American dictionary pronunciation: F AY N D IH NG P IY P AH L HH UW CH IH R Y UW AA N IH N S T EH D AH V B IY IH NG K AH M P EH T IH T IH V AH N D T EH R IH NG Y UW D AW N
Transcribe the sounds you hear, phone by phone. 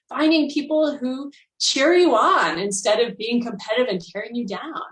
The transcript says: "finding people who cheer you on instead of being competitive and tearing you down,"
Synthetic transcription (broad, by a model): F AY N D IH NG P IY P L HH UW CH IH R Y UW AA N IH N S T EH D AH V B IY IH NG K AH M P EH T T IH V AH N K EH R IH NG Y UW D AW N